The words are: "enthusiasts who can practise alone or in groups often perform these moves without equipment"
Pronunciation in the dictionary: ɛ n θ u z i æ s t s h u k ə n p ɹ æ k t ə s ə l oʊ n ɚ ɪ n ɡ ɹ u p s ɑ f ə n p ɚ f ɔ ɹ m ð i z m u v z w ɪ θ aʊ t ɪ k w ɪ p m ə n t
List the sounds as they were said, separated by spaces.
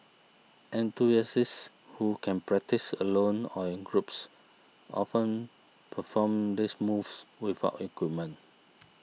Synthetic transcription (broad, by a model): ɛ n t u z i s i s h u k ə n p ɹ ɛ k t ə s ə l oʊ n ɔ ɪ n ɡ ɹ u p s ɑ f ə n p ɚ f ɔ m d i s m u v s w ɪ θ aʊ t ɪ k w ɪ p m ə n